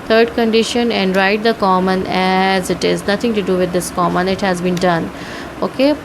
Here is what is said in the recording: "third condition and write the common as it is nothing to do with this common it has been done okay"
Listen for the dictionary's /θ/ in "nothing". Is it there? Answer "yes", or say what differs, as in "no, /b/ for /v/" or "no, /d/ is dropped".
no, /t/ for /θ/